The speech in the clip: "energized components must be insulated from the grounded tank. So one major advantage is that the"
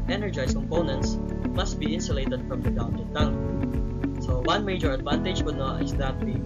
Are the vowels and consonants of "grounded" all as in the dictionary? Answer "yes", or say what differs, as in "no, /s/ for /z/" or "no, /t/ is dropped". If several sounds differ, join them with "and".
no, /ɹ/ is dropped